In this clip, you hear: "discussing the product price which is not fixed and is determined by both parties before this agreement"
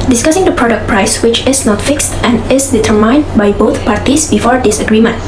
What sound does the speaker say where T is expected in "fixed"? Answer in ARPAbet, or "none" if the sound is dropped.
T